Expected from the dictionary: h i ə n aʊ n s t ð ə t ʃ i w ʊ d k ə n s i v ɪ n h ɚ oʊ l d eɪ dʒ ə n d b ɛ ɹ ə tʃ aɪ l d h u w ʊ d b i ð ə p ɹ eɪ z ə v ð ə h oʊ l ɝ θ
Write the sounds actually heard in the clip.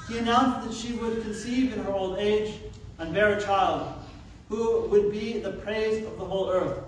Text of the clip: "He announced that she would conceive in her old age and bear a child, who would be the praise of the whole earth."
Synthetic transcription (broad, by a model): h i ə n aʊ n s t ð ə t ʃ i w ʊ d k ə n s i v ɪ n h ɚ oʊ l d eɪ dʒ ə n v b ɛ ɹ ə tʃ aɪ l d h u w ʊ d b i ð ə p ɹ eɪ z ə v ð ə h oʊ l ɝ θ